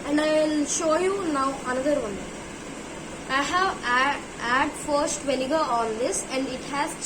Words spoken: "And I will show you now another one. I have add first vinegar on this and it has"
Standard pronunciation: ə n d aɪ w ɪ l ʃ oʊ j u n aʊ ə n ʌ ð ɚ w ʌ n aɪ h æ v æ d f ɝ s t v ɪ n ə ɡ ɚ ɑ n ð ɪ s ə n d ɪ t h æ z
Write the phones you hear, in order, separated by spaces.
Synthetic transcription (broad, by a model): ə n d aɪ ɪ l ʃ oʊ j u n aʊ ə n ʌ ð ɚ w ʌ n aɪ h æ v æ d f ɝ s t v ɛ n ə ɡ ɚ ɑ n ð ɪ s ə n d ɪ t h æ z